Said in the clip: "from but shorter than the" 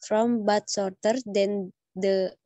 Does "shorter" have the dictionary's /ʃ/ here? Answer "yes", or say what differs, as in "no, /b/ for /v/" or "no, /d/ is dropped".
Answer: no, /s/ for /ʃ/